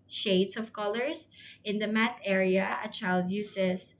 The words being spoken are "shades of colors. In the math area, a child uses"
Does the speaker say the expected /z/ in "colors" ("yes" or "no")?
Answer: no